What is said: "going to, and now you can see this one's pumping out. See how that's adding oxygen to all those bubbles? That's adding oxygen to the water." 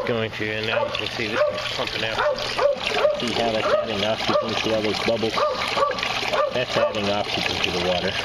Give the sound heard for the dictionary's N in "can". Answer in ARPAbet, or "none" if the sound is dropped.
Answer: L